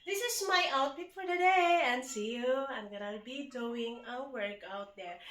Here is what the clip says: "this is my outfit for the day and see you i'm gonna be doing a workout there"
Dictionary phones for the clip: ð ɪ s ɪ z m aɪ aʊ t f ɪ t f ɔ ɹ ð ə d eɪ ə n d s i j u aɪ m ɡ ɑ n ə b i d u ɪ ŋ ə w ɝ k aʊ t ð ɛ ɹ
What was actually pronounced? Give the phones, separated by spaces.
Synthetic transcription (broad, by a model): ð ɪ s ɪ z m aɪ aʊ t p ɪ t f ɔ ɹ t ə d eɪ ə n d s i j u aɪ m ɡ ɑ n ə b i d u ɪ ŋ ə w ɝ k aʊ t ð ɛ ɹ